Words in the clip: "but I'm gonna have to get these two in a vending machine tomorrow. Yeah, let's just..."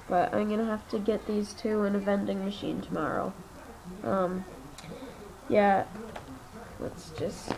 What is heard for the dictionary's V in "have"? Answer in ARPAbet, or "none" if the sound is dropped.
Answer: F